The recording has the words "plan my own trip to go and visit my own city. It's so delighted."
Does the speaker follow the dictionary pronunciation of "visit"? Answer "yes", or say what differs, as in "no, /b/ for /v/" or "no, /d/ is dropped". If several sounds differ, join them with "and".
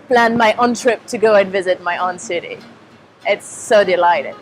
yes